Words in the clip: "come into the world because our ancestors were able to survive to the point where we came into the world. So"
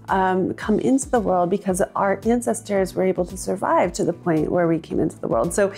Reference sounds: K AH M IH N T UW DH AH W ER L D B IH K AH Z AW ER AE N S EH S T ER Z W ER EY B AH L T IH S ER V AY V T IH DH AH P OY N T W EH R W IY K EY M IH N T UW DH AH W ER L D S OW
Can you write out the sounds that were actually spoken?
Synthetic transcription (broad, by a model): K AH M IH N T UW DH AH W ER L D B IH K AH Z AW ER AE N S EH S T ER Z W ER EY B L T IH S ER V AY V T IH DH AH P OY N T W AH R W IY K EY M IH N T UW DH AH W ER L D S OW